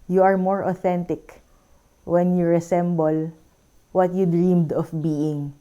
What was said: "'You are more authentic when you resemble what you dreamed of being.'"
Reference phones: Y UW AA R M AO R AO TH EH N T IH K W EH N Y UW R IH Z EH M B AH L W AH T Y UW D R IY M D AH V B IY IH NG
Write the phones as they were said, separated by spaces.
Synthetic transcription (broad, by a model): Y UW AA R M AO R AO TH EH N T IH K W EH N Y UW R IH S EH M B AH L W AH T Y UW D R IY M D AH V B IY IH NG